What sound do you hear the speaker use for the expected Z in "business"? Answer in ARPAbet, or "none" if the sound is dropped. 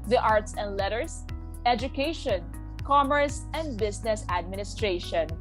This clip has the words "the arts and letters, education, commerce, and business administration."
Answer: S